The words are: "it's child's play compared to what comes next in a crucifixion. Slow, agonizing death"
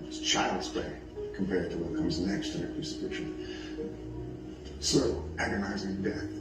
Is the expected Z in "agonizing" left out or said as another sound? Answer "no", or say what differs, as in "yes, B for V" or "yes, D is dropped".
no